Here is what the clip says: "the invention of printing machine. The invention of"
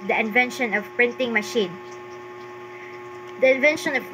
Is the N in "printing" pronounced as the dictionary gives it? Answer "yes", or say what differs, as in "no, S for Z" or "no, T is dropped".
yes